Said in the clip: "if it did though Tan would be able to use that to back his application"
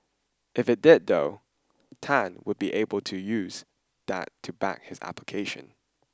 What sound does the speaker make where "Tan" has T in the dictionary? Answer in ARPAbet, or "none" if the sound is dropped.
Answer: T